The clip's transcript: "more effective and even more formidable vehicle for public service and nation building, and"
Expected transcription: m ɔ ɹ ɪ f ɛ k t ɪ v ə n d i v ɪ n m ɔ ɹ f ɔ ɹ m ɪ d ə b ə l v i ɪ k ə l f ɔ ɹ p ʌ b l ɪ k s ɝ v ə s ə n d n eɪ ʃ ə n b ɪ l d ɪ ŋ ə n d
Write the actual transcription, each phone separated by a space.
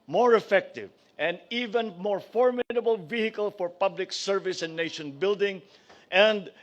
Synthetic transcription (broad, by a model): m ɔ ɹ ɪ f ɛ k t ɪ v ə n d i v ɪ n m ɔ ɹ f ɔ ɹ m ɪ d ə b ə l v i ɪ k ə l f ɔ ɹ p ʌ b l ɪ k s ɝ v ə s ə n n eɪ ʃ ə n b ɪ l d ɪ ŋ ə n d